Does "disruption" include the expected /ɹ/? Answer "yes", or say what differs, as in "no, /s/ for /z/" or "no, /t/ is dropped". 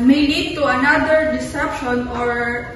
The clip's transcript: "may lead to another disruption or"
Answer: no, /ɹ/ is dropped